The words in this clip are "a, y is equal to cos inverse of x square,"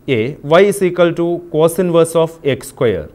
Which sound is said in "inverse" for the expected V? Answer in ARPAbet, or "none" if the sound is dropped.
V